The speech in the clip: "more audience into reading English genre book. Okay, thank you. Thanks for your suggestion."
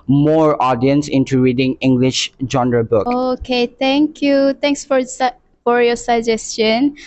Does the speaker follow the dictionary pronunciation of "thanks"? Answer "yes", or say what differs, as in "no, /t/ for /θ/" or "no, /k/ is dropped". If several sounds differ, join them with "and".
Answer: no, /t/ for /θ/